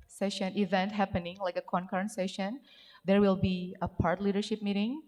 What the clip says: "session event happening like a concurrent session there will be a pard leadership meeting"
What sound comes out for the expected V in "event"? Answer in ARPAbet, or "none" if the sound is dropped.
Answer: V